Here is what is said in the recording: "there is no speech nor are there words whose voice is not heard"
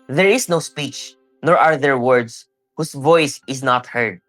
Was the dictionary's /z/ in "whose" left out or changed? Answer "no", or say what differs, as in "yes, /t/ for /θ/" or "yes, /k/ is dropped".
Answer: yes, /s/ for /z/